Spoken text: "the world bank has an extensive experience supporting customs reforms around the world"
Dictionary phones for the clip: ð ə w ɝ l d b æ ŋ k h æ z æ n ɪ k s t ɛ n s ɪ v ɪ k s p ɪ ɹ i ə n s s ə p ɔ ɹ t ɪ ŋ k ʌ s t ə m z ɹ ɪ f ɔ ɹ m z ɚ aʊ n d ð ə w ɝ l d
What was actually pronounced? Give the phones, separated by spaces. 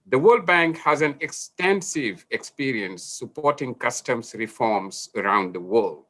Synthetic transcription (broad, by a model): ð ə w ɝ l d b æ ŋ k h æ z æ n ɪ k s t ɛ n s ɪ v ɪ k s p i ɹ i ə n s s ə p ɔ ɹ t ɪ ŋ k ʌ s t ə m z ɹ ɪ f ɔ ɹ m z ɚ aʊ n d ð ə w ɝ l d